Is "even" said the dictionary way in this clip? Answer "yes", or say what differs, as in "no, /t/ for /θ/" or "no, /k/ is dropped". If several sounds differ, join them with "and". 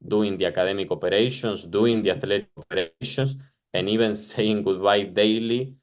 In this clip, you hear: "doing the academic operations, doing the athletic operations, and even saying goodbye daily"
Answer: no, /b/ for /v/